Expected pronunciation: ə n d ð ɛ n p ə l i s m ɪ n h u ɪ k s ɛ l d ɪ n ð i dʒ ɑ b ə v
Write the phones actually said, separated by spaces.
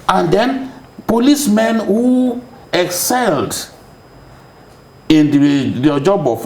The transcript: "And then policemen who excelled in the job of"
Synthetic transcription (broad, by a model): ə n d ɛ n p ə l i s m ɪ n h u ɪ k s ɛ l d ɪ n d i dʒ ɑ b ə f